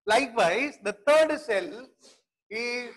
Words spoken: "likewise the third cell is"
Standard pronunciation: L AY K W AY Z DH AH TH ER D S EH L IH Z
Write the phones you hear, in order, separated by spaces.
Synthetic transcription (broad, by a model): L AY K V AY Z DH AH T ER D S EH L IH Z